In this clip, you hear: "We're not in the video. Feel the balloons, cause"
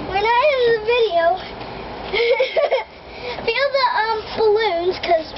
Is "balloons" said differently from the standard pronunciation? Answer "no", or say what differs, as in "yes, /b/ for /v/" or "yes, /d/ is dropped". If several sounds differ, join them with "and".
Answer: no